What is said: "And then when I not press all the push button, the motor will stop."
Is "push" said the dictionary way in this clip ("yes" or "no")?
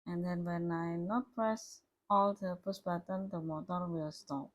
no